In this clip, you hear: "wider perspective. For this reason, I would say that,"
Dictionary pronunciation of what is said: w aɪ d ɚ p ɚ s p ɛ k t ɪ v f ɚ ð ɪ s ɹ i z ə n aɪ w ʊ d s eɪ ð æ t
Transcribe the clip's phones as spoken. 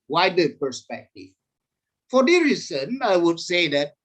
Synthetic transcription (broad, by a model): w aɪ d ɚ p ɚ s p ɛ k t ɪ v f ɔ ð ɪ ɹ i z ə n aɪ w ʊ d s eɪ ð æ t